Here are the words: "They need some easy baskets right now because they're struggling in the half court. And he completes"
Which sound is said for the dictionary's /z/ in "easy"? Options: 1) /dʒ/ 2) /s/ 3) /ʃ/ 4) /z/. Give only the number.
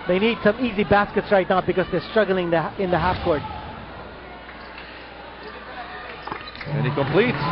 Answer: 4